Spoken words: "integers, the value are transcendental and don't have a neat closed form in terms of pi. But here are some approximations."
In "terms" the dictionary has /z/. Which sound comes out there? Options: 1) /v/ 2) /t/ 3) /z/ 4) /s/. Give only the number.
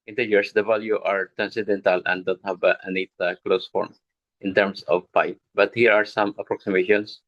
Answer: 4